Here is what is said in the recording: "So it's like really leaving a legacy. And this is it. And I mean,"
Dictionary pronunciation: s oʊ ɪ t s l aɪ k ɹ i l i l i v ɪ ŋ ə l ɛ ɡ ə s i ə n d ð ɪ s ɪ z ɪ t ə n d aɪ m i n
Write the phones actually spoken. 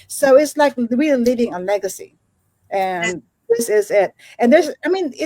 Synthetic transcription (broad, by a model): s oʊ ɪ t s l aɪ k w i i l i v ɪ ŋ ə l ɛ ɡ ə s i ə n ð ɪ s ɪ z ɪ t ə n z aɪ m i n